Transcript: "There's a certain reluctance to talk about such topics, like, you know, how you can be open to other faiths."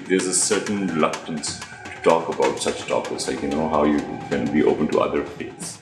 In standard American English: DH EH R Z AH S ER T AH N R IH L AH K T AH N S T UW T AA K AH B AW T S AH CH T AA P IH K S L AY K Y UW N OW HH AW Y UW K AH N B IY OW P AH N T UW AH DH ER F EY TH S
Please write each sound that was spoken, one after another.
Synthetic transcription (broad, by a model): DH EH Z AH S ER T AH N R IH L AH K T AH N S T UW T AA K AH B AW T S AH CH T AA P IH S L AY K Y UW N OW HH AW Y UW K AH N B IY OW P AH N T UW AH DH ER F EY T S